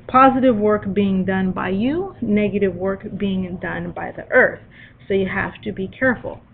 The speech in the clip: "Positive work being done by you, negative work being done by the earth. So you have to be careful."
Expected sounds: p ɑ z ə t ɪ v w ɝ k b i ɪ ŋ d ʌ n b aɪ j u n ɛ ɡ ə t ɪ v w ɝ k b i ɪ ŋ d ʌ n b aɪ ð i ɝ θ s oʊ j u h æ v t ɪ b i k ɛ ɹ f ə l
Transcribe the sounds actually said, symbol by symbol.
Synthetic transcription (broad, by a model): p ɑ z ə t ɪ v w ɝ k b i ɪ ŋ d ʌ n b aɪ j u n ɛ ɡ ə t ɪ v w ɝ k b i ɪ ŋ d ʌ n b aɪ ð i ɝ θ s oʊ j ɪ h æ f t ɪ b i k ɛ ɹ f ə l